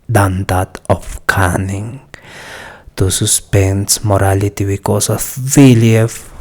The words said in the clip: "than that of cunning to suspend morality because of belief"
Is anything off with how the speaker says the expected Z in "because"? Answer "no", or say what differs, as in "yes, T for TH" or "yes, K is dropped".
yes, S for Z